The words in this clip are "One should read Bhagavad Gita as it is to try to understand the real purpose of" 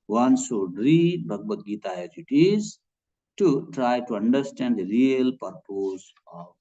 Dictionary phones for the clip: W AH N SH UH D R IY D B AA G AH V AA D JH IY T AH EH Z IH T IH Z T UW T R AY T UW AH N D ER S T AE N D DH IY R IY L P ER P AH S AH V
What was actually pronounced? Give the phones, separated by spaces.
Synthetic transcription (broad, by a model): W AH N S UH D R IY B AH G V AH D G IY T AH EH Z IH T IH Z T UW T R AY T UW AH N D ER S T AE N D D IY R IY L P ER P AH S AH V